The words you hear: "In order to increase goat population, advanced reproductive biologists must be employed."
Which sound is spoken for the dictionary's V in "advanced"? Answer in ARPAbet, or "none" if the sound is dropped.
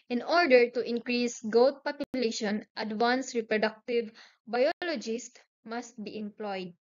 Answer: W